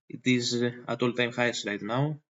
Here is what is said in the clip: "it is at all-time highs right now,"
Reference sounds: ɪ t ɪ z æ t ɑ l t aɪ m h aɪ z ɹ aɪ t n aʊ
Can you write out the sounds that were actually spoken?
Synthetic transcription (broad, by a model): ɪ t ɪ z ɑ t ɑ l t aɪ m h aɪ s ɹ aɪ t n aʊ